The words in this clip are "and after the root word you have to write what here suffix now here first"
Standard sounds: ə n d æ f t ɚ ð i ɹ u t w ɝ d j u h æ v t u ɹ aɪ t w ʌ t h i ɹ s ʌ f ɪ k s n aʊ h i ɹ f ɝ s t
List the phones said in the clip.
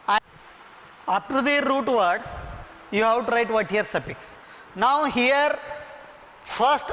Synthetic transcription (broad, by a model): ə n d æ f t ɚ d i ɹ u t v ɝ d j u h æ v t u ɹ aɪ t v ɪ t h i ɹ s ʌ p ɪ k s n aʊ h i ɹ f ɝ s t